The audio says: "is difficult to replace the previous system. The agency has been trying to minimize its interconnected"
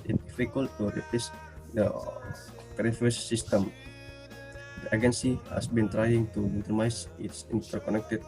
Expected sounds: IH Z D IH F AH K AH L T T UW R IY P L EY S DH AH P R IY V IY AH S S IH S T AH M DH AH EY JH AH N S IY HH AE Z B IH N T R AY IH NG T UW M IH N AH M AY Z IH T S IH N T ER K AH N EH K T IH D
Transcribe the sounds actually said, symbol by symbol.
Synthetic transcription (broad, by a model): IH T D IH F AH K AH L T T UW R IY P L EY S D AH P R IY F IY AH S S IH S T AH M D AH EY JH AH N S IY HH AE S B IH N T R AY IH NG T UW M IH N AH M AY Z IH T S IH N T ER K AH N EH K T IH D